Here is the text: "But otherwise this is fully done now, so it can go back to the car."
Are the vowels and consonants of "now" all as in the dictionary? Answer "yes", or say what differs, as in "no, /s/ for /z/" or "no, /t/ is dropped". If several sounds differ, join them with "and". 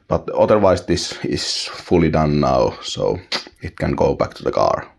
yes